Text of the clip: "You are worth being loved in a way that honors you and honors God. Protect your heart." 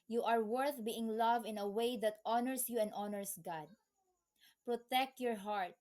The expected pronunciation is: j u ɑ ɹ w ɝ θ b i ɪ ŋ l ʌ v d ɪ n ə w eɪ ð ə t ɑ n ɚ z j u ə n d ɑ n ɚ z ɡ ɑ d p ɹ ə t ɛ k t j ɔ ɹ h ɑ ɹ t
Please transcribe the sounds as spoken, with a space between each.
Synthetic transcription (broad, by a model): j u ɑ ɹ w ɝ θ b i ɪ ŋ l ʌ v ɪ n ə w eɪ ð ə t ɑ n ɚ s j u ə n d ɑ n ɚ s ɡ ɑ d p ɹ ə t ɛ k t j ɔ ɹ h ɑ ɹ t